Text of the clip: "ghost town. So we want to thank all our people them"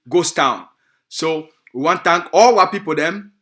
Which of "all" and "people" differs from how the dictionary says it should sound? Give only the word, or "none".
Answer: none